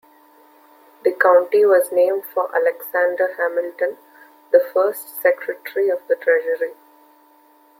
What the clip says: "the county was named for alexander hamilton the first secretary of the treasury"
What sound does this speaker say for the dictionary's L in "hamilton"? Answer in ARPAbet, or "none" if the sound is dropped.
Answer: L